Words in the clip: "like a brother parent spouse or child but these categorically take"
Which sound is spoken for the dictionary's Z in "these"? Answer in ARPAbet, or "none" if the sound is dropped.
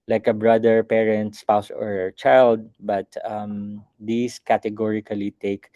S